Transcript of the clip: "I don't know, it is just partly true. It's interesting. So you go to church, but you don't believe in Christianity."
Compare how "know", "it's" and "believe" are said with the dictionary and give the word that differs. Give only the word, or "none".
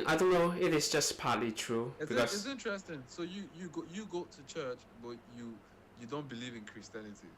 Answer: it's